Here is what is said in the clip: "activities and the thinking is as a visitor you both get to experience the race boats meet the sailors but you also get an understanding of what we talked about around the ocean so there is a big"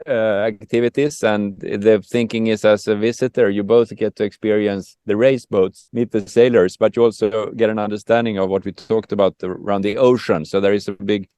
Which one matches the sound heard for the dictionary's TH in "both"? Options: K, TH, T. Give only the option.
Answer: TH